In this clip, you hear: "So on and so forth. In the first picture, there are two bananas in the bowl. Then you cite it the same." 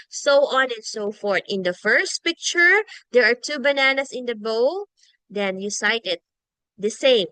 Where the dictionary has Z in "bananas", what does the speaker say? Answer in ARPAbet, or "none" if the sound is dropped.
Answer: S